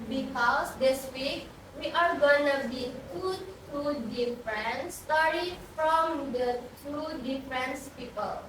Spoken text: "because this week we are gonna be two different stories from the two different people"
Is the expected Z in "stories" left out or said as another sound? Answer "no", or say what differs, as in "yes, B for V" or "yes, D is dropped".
yes, Z is dropped